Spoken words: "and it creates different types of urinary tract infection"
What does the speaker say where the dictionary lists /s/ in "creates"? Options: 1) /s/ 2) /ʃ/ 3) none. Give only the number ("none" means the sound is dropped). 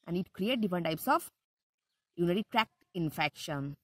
3